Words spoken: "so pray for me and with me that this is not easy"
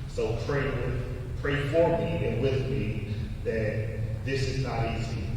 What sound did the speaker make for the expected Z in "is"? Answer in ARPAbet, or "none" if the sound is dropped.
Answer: Z